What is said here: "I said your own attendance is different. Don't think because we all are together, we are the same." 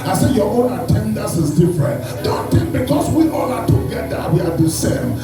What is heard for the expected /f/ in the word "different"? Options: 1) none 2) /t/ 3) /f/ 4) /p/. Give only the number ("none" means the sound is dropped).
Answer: 3